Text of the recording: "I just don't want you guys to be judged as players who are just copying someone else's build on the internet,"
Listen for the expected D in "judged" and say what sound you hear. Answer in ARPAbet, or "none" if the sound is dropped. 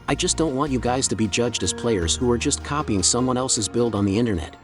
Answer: D